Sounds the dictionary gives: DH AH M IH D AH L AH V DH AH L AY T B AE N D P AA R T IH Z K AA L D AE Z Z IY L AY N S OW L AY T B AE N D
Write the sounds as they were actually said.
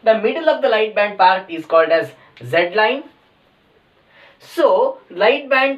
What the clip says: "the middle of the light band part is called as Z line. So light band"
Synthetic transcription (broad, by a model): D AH M IH D AH L AH V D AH L AY T B AE N D P AA R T IH Z K AA L D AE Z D L AY N S OW L AY T B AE N D